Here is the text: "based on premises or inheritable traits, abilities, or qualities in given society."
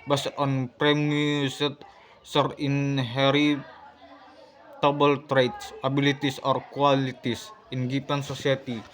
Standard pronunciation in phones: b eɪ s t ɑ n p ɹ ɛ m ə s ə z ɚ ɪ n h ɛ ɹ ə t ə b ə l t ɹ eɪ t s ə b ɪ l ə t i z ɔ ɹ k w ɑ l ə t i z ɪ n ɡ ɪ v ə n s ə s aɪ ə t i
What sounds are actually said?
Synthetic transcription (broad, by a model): b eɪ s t ɑ n p ɹ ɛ m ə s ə s ɚ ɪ n h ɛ ɹ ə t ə b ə l t ɹ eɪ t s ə b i l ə t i s ɔ ɹ k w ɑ l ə t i s ɪ n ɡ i p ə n s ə s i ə t i